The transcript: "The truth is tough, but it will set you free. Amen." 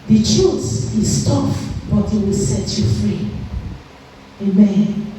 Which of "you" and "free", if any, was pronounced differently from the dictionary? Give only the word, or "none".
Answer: none